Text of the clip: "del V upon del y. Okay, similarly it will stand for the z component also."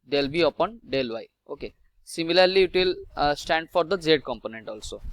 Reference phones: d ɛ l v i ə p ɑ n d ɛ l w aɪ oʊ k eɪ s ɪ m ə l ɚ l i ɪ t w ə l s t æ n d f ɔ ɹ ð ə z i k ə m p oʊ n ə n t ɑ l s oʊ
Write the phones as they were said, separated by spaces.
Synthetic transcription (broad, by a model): d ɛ l b i ə p ɑ n d ɛ l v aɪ oʊ k eɪ s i m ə l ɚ l i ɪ t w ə l s t æ n d f ɔ ɹ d ə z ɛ k ə m p oʊ n ə n t ɑ l s oʊ